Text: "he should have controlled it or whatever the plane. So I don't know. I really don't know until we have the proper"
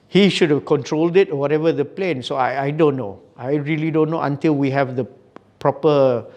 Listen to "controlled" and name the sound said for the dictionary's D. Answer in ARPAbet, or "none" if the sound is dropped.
D